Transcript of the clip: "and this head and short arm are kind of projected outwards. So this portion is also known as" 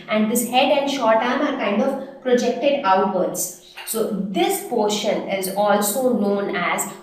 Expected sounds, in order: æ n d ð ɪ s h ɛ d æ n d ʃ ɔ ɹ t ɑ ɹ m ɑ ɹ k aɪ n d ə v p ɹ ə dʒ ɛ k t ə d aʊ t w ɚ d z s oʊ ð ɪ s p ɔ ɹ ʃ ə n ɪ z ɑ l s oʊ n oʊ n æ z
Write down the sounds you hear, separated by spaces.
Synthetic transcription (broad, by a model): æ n d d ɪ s h ɛ d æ n d ʃ ɔ ɹ t ɑ ɹ m ɑ ɹ k aɪ n d ə v p ɹ ə dʒ ɛ k t ə d aʊ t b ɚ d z s oʊ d ɪ s p ɔ ɹ ʃ ə n ɪ z ɑ l s oʊ n oʊ n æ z